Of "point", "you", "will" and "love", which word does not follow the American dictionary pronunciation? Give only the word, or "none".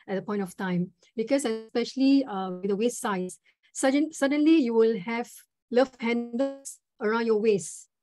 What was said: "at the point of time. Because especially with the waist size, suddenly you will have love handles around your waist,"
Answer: love